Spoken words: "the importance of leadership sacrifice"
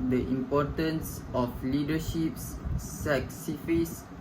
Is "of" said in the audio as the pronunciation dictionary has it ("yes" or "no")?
no